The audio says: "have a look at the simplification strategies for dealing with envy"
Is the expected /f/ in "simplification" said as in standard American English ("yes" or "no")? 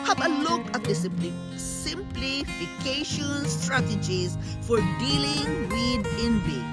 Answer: yes